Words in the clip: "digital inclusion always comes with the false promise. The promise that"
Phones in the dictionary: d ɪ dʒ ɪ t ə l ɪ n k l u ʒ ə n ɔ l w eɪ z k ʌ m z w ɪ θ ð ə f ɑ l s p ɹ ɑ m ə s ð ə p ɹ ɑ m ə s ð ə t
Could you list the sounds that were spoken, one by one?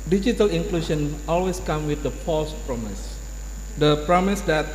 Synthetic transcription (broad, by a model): d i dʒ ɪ t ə l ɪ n k l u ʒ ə n ɔ l w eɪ s k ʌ m w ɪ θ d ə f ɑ l s p ɹ ɑ m ə s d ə p ɹ ɑ m ə s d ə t